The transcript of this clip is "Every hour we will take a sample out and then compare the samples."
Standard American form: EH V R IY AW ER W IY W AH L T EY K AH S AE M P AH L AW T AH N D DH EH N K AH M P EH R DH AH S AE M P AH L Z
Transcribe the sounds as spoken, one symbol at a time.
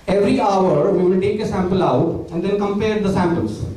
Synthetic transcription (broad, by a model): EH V R IY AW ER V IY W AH N T EY K AH S AE M P AH L AW T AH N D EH N K AH M P EH R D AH S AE M P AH L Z